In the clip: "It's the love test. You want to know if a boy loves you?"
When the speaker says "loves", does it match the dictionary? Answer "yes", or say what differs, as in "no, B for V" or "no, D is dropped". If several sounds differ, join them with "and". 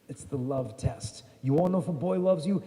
yes